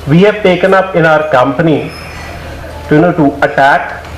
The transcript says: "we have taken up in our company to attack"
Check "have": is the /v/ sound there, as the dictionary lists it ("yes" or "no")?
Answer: no